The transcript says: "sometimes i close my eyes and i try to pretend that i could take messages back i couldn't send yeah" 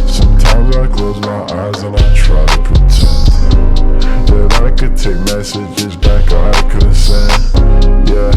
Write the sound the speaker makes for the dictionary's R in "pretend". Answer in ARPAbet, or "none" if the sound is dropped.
none